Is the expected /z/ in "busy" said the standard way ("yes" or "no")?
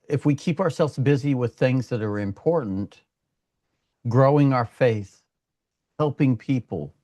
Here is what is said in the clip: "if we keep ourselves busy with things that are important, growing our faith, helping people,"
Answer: yes